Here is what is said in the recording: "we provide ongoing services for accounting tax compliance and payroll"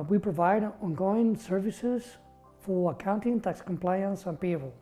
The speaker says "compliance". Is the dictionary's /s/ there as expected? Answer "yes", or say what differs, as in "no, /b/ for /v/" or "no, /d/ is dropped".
yes